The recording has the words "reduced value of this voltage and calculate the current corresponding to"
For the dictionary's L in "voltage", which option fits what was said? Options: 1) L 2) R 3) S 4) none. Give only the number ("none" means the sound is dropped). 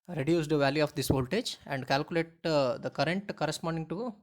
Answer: 1